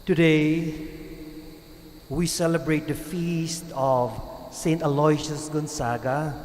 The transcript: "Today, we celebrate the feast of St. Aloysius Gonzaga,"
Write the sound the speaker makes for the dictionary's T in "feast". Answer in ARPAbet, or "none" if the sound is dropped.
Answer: T